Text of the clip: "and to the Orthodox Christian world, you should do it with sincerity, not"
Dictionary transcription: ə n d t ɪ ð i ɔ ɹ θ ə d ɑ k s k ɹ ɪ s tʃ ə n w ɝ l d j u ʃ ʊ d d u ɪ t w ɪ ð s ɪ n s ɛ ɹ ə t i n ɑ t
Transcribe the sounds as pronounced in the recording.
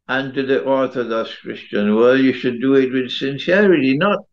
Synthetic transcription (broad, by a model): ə n t ɪ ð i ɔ ɹ θ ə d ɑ s k ɹ ɪ s tʃ ə n w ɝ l j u ʃ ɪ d d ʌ ɪ t w ɪ ð s ɪ n s ɛ ɹ ə t i n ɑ t